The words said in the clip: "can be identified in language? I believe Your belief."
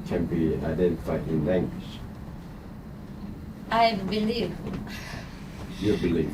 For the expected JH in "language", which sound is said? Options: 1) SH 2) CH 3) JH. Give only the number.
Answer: 1